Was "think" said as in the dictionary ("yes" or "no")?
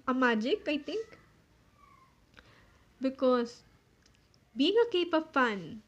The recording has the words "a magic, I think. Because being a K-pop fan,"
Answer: no